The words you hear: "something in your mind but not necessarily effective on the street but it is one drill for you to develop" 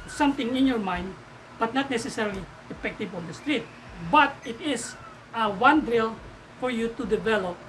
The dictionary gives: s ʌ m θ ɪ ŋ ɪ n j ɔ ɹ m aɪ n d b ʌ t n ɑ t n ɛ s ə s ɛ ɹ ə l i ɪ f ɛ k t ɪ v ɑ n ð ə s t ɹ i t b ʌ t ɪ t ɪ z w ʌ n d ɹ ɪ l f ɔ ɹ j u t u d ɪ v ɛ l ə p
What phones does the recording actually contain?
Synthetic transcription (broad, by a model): s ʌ m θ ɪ ŋ ɪ n j ɔ ɹ m aɪ n d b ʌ t n ɑ t n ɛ s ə s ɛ ɹ l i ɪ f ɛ k t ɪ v ɑ n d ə s t ɹ i t b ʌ t ɪ t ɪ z w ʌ n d ɹ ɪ l f ɔ ɹ j u t u d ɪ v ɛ l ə p